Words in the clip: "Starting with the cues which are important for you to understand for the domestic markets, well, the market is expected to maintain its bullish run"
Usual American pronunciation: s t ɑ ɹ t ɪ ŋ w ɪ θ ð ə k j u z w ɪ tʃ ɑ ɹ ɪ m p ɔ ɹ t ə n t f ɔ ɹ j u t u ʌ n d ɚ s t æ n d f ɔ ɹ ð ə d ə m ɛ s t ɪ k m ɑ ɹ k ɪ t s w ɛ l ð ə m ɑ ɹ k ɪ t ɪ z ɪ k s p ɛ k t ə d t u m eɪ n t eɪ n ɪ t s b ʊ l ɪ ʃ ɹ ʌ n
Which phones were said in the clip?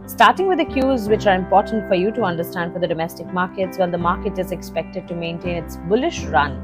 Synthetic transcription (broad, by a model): s t ɑ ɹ t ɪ ŋ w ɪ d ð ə k j u z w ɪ tʃ ɑ ɹ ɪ m p ɔ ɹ t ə n t f ɔ ɹ j u t u ʌ n d ɚ s t æ n d f ɔ ɹ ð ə d ə m ɛ s t ɪ k m ɑ ɹ k ɪ t s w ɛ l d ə m ɑ ɹ k ɪ t ɪ z ɪ k s p ɛ k t ə d t u m eɪ n t eɪ n ɪ t s b ʊ l ɪ ʃ ɹ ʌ n